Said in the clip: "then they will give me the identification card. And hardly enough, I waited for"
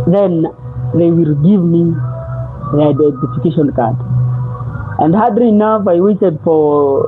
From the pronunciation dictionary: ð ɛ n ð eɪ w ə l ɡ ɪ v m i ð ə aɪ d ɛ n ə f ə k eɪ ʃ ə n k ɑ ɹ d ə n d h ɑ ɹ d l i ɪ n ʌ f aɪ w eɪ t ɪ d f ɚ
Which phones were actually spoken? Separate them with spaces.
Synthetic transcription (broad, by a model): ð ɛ n ð eɪ w ə l ɡ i v m i ð ə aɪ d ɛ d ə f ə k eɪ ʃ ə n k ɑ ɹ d ə n d h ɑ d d i n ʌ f aɪ w eɪ t ɪ d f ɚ